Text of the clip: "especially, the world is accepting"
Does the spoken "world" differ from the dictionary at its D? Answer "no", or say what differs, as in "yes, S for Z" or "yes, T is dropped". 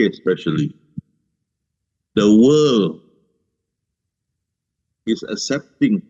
yes, D is dropped